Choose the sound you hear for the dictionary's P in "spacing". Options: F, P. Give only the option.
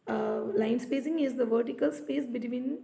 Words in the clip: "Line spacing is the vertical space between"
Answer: P